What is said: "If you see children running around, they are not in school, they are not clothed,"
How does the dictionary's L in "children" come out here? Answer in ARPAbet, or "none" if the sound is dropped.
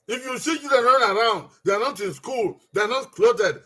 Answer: none